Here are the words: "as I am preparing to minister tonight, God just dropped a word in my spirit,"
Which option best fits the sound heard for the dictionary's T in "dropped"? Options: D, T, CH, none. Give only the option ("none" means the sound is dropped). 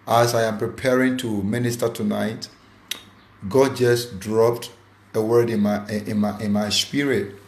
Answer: T